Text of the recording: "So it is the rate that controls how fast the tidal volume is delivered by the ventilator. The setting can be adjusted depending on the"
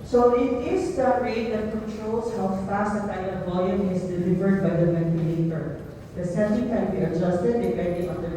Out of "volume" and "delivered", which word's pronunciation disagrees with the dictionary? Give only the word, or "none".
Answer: volume